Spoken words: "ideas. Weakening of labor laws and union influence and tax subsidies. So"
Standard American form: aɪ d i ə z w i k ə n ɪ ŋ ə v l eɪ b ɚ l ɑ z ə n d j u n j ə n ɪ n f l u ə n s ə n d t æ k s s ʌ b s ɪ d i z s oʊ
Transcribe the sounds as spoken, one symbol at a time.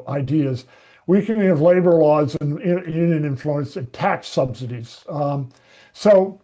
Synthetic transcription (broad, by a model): aɪ d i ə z w i k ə n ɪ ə v l eɪ b ɚ l ɑ z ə n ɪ j u n j ə n ɪ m f l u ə n s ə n t æ k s s ʌ b s ɪ d i z s oʊ